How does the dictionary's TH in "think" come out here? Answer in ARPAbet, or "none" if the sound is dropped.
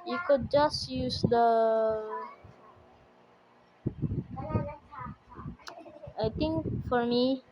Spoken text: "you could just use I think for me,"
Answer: T